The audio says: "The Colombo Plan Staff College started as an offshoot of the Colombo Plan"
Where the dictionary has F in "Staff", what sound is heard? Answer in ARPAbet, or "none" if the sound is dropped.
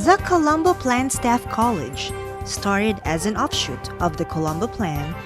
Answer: F